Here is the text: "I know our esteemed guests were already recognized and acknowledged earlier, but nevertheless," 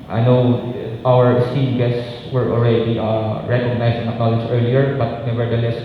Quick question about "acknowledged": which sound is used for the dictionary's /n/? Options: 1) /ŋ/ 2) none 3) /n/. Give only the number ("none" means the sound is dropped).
2